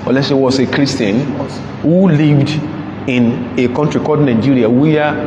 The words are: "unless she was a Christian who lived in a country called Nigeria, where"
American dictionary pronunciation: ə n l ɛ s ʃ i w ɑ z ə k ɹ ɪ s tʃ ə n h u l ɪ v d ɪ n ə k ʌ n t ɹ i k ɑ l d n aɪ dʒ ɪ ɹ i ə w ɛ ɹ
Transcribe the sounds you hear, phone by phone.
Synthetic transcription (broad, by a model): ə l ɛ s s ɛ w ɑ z ə k ɹ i s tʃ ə n h u l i v d ɪ n ə k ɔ n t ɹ i k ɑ d n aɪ dʒ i ɹ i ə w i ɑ